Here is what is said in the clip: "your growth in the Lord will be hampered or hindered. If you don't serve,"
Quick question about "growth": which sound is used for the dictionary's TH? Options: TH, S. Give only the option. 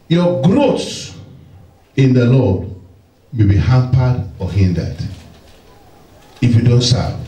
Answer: S